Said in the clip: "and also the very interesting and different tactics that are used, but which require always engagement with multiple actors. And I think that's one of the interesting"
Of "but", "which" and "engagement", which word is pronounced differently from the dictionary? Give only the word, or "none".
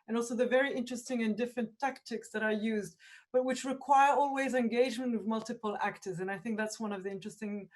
none